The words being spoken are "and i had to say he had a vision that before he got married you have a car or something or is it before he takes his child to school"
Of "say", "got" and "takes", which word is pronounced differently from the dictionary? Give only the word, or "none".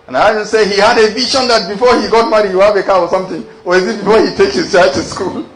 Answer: takes